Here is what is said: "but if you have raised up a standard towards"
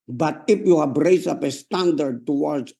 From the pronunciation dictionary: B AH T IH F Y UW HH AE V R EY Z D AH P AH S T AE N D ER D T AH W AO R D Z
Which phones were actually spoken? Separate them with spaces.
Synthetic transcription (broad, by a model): B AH T IH F Y UW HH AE B R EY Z AH P AH S T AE N D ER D T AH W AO R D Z